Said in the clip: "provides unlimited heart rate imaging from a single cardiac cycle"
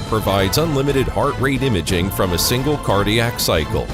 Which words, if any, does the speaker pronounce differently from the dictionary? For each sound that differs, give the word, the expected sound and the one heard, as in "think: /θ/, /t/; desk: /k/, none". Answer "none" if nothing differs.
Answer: none